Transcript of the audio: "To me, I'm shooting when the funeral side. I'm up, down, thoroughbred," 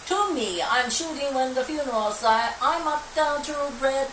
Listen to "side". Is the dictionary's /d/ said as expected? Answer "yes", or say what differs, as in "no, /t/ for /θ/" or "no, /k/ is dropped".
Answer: no, /d/ is dropped